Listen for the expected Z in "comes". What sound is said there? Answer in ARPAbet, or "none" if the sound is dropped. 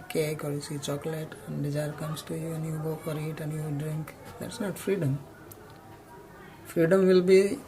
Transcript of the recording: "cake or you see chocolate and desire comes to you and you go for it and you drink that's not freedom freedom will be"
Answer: S